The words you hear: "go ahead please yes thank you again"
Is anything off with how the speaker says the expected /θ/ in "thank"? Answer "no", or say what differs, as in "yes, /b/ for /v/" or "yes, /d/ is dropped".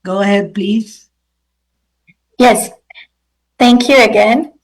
no